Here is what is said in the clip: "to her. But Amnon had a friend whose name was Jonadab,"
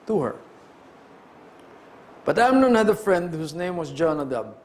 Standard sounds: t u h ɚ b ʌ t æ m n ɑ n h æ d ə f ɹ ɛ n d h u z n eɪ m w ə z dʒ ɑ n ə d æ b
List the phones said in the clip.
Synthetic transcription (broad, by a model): t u h ɚ b ʌ t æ m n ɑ n h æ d ə f ɹ ɛ n d h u s n eɪ m w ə s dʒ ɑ n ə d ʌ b